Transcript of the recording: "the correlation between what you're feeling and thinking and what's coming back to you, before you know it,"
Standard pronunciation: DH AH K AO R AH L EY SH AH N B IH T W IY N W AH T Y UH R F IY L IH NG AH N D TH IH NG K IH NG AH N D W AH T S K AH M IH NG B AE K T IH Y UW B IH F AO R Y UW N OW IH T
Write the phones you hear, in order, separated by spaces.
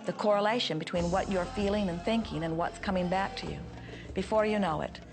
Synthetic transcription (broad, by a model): DH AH K AO R AH L EY SH AH N B IH T W IY N W AH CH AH R F IY L IH NG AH N TH IH NG K IH NG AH N W AH T S K AH M IH NG B AE K T IH Y UW B IH F AO R Y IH N OW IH T